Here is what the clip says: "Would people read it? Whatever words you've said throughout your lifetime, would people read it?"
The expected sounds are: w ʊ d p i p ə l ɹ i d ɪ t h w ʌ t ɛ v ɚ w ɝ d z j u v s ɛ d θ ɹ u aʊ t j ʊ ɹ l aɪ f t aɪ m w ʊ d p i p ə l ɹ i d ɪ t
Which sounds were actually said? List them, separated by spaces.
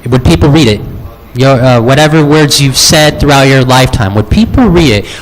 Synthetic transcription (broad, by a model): w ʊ d p i p l ɹ i d ɪ t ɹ w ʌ t ɛ v ɚ w ɝ d z j u v s ɛ d θ ɹ u aʊ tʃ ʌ ɹ l aɪ f t aɪ m w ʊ d p i p l ɹ i d ɪ t